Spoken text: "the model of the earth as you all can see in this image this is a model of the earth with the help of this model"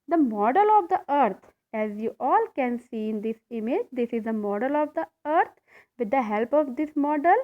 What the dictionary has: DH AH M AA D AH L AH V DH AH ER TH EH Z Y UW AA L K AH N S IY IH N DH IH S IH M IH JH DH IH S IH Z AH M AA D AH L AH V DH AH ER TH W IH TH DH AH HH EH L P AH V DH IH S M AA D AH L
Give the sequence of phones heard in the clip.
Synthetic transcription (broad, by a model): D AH M AA D AH L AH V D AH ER T EH Z Y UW AA L K AH N S IY IH N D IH S IH M IH JH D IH S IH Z AH M AA D AH L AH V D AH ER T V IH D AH HH EH L P AH V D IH S M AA D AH L